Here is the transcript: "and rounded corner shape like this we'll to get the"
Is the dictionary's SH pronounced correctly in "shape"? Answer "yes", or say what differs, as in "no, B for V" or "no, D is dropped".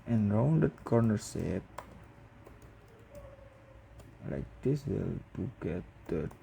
no, S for SH